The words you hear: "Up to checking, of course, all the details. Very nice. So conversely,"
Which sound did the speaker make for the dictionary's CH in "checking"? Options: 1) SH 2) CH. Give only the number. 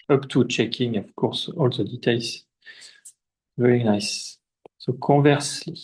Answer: 2